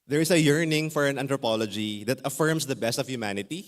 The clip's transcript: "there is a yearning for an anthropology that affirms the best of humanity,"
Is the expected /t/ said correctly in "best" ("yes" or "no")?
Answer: yes